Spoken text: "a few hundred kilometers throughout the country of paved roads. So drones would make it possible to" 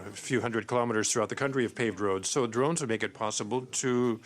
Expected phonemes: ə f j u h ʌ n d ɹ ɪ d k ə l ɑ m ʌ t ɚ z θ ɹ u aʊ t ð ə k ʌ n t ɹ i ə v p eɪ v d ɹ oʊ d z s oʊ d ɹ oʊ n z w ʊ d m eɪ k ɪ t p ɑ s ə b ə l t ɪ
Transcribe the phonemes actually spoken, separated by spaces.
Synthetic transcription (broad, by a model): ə f j u h ʌ n d ɹ ɪ d k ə l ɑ m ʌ t ɚ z θ ɹ u aʊ t ð ə k ʌ n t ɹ i ə v p eɪ v d ɹ oʊ d z s oʊ d ɹ oʊ n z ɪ m eɪ k ɪ t p ɑ s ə b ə l t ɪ